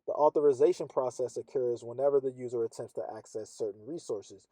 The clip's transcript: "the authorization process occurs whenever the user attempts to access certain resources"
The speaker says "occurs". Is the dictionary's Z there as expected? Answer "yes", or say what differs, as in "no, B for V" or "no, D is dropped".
yes